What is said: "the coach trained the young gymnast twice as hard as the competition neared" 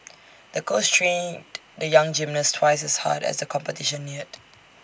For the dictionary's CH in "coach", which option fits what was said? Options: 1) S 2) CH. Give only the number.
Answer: 1